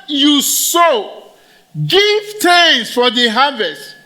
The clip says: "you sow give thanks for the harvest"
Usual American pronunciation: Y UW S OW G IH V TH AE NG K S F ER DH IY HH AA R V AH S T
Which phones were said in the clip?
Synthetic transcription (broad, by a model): Y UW S OW G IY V T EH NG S F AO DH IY HH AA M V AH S T